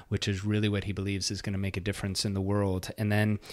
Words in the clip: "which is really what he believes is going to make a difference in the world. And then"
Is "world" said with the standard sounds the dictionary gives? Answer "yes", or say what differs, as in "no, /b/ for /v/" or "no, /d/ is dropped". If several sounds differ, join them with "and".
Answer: yes